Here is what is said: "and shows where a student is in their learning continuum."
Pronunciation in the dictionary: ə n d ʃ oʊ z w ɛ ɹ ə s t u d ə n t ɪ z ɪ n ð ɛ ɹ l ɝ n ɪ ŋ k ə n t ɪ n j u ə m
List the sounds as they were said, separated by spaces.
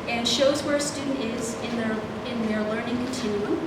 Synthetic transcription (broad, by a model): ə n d ʃ oʊ z w ɛ ɹ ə s t u d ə n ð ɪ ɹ ɪ n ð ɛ ɹ l ɝ n ɪ ŋ k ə n t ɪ n j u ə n